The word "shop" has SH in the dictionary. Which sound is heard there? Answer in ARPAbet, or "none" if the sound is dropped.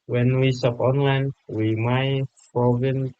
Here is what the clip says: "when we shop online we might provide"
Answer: S